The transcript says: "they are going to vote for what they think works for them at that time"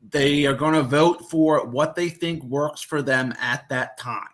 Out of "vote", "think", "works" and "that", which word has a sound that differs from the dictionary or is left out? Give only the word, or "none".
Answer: none